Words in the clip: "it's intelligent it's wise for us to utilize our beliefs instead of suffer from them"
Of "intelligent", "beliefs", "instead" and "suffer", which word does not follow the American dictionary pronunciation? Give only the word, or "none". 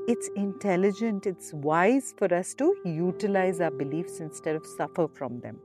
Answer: none